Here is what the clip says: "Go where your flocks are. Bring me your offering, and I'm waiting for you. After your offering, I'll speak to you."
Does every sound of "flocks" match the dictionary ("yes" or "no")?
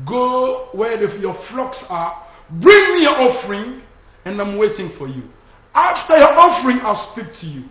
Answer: yes